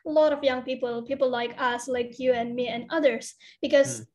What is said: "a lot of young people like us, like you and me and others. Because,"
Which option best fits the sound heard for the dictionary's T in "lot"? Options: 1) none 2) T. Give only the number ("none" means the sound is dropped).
2